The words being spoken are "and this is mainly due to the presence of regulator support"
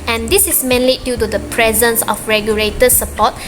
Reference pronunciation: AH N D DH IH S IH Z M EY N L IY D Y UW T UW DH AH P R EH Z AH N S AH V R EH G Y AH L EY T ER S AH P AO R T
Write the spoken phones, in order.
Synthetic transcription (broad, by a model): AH N D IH S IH S M EY N L IY D Y UW T UW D AH P R EH Z AH N S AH F R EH G Y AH L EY T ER S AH P AO T